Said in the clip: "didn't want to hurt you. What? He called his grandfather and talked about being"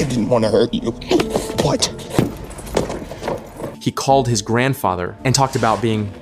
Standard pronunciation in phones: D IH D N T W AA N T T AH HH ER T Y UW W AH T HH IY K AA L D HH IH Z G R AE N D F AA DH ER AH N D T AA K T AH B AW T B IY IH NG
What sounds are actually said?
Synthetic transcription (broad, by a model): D IH D N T W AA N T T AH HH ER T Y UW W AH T HH IY K AA L D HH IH Z G R AE N D F AA DH ER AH N T AA K T AH B AW T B IY IH NG